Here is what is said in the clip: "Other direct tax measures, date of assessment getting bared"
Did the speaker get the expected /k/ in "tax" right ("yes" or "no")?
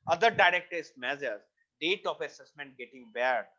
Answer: no